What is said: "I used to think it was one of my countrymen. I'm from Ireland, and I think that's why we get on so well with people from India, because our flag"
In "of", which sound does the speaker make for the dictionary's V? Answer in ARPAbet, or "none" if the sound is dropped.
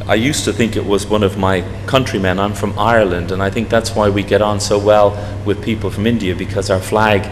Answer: V